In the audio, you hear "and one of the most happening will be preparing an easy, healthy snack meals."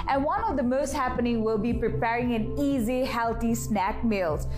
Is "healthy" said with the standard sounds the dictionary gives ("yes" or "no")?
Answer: no